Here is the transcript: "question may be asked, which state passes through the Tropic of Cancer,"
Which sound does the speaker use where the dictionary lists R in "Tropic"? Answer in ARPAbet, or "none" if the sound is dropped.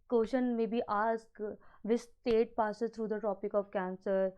none